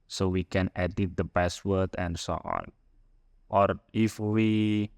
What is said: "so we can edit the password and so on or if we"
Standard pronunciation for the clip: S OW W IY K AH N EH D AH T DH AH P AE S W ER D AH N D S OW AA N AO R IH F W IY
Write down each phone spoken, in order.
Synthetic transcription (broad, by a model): S OW W IY K AH N EH D AH T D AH B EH S W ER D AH N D S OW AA N AO R IH F W IY